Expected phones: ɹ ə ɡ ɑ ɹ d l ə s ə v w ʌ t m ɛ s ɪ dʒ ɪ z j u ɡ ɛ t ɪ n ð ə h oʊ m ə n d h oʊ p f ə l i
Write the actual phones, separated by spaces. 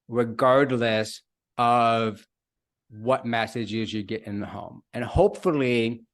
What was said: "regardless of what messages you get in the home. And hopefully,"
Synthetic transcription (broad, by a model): ɹ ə ɡ ɑ ɹ d l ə s ə v w ʌ t m ɛ s ɪ dʒ ɪ z j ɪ ɡ ɛ t ɪ n ð ə h oʊ m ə n h oʊ p f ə l i